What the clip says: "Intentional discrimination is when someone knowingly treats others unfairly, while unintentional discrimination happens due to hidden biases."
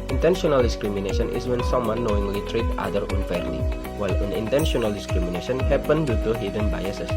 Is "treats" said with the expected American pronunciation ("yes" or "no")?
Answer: no